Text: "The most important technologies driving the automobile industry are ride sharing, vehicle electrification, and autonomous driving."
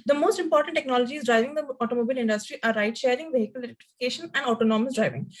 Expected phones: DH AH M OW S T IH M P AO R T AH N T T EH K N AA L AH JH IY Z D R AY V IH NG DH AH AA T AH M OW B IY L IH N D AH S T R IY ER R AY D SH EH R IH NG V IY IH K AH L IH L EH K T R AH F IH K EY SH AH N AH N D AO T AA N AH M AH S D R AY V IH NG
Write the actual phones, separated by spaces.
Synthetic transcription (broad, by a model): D AH M OW S T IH M P AO R T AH N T T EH K N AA L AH JH IY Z D R AY V IH NG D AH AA T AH M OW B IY L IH N D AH S T R IY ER R AY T SH EH R IH NG V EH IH K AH L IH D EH T AH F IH K EY SH AH N AH N D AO T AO N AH M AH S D R AY V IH NG